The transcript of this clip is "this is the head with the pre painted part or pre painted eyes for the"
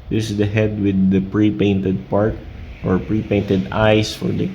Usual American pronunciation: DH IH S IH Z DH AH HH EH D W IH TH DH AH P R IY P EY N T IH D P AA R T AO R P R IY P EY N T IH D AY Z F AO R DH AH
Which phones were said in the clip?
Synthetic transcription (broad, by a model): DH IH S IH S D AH HH EH D W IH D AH P R IY P EY N T IH D P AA R T AO R P R IY P EY N T IH D AY S F AO R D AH